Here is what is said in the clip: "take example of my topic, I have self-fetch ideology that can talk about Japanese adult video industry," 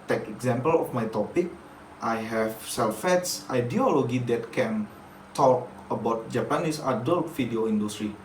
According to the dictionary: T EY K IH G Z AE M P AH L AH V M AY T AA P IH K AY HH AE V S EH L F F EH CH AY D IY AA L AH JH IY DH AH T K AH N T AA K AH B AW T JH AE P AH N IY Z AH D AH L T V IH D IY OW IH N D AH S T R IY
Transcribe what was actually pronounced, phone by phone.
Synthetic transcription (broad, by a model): T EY K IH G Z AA M P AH L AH F M AY T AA P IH K AY HH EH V S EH L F F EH S AY D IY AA L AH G IY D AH T K AH N T AA K AH B AW T JH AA P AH N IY S AH D AH L T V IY D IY OW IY N D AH S T R IY